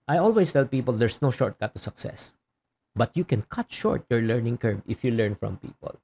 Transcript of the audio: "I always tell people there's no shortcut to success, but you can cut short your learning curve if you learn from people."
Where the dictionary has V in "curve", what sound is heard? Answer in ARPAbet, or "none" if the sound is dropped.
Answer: B